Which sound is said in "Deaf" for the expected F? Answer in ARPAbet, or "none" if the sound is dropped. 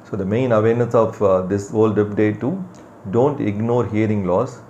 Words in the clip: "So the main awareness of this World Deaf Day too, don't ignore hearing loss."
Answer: P